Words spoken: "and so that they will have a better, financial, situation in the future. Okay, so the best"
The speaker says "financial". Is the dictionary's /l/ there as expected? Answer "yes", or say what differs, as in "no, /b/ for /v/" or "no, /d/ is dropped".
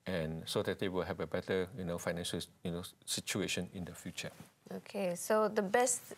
no, /n/ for /l/